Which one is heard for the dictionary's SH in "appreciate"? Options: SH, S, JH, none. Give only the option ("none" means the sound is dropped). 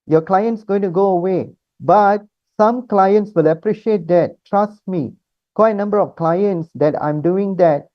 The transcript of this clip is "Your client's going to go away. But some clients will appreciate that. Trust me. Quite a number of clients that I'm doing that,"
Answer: SH